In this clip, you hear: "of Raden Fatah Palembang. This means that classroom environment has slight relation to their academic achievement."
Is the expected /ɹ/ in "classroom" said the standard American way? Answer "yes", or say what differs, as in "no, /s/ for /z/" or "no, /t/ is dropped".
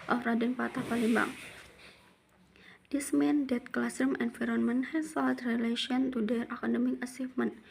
no, /ɹ/ is dropped